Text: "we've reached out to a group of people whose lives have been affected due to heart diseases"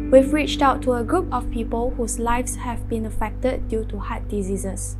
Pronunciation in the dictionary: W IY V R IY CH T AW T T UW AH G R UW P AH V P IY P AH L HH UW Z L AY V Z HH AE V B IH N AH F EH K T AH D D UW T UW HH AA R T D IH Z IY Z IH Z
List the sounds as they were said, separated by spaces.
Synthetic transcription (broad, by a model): W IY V R IY CH T AW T T UW AH G R UW P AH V P IY P AH L HH UW S L AY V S HH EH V B IH N AH F EH K T AH D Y UW T UW HH AA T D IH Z IY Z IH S